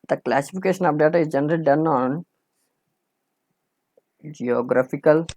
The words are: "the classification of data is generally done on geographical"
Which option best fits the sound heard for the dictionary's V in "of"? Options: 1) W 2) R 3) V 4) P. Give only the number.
4